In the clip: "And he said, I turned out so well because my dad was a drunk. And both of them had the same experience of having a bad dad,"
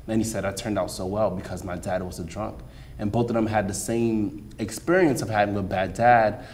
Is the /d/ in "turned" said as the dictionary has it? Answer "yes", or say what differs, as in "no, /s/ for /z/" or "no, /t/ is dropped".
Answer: yes